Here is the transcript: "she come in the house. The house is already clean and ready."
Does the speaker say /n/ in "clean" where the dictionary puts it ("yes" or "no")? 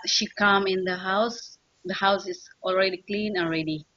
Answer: yes